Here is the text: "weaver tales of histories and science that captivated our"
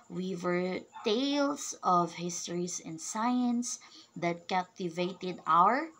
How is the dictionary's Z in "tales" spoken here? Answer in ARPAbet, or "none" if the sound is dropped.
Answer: S